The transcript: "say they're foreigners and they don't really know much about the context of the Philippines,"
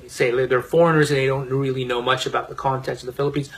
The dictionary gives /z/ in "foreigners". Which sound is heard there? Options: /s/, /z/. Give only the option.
/z/